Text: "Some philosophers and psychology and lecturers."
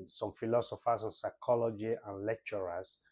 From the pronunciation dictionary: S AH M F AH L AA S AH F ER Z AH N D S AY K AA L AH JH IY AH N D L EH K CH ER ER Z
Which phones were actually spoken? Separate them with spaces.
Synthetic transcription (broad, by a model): S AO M F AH L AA S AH F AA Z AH N S AY K AA L AH JH IY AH N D L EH K CH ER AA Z